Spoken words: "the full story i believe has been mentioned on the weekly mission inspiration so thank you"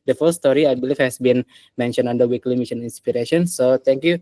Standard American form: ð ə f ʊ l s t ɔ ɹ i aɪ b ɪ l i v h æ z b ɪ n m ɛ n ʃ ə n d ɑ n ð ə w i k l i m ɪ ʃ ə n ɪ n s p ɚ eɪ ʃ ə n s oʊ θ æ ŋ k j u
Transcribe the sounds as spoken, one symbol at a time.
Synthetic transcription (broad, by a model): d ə f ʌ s s t ɔ ɹ i aɪ b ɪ l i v h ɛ s b ɪ n m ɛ n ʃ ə n ɑ n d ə w i k l i m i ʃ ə n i n s p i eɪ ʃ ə n s oʊ t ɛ ŋ k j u